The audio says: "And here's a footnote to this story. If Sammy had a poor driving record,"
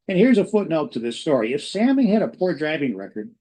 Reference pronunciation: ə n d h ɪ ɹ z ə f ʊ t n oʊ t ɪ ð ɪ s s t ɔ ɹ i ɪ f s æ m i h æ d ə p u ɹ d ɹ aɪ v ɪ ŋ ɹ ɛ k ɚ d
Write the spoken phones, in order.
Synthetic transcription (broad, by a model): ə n h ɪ ɹ z ə f ʊ t n oʊ t ɪ ð ɪ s s t ɔ ɹ i ɪ f s æ m i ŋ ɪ d ə p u ɹ d ɹ aɪ v ɪ ŋ ɹ ɛ k ɚ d